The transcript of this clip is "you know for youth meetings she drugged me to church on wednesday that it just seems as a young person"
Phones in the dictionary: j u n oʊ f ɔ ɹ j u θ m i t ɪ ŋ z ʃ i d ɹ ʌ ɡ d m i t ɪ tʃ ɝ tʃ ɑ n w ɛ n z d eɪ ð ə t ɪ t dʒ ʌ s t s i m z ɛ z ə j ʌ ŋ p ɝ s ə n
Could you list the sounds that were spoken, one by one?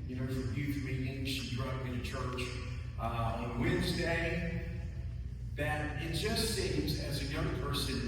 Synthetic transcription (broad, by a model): j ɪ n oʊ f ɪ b j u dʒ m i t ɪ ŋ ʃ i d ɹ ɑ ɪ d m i t ɪ tʃ ɝ tʃ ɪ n w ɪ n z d eɪ ð ə t ɪ t dʒ ʌ s t s i m z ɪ z ə j ʌ ŋ p ɝ s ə n